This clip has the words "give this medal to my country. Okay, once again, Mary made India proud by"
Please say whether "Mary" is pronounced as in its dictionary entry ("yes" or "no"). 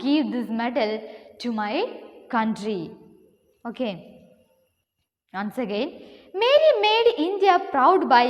no